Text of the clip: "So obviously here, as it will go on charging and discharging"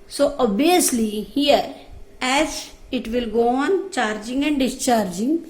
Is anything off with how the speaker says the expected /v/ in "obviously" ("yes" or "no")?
yes